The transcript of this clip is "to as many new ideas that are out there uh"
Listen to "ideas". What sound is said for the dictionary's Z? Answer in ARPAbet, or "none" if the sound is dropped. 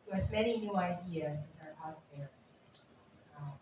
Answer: Z